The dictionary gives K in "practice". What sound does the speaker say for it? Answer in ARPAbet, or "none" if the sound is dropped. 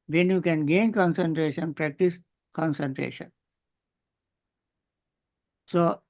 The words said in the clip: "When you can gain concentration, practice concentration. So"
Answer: K